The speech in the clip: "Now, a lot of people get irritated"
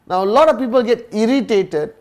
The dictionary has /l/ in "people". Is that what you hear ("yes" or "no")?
yes